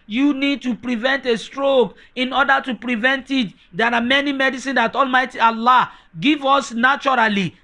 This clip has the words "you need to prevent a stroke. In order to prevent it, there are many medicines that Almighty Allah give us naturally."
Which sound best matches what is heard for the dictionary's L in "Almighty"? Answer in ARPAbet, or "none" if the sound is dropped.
L